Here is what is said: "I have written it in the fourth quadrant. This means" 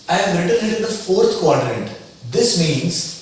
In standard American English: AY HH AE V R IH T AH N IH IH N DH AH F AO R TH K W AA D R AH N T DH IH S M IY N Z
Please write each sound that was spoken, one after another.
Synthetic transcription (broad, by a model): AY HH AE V R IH T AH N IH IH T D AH F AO R T K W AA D R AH N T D IH S M IY N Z